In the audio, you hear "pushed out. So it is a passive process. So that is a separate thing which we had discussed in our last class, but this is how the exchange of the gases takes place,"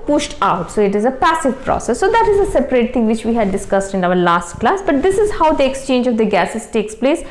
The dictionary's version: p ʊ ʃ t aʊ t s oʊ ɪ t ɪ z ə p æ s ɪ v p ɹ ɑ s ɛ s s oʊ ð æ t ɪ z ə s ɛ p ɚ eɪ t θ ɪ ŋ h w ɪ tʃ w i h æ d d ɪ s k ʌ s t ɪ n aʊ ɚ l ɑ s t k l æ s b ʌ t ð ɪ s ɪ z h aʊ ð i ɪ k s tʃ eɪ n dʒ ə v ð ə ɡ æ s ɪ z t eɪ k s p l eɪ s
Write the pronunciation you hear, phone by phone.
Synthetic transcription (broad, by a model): p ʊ ʃ t aʊ t s oʊ ɪ t ɪ z ə p æ s ɪ v p ɹ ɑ s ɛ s s oʊ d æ t ɪ z ə s ɛ p ɚ eɪ t t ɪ ŋ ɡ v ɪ tʃ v i h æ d d ɪ s k ʌ s t ɪ n aʊ ɚ l ɑ s t k l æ s b ʌ t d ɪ s ɪ z h aʊ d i ɪ k s tʃ eɪ n dʒ ə v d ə ɡ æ s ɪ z t eɪ k s p l eɪ s